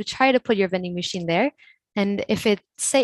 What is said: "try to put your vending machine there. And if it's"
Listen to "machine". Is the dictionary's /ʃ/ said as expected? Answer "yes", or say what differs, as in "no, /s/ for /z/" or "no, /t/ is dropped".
yes